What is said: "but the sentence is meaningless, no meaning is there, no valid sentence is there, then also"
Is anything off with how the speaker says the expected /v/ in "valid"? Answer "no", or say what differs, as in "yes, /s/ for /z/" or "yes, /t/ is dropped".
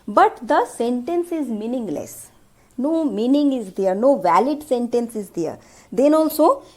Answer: no